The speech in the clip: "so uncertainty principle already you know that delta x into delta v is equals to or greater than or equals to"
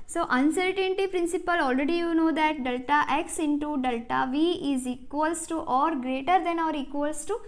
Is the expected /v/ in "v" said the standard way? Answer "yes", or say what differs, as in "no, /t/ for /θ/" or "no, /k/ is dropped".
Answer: yes